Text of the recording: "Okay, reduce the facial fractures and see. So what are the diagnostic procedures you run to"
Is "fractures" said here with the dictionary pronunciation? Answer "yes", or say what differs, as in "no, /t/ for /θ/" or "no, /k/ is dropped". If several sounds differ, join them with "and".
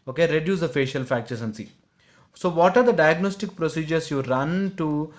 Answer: no, /ɹ/ is dropped and /s/ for /z/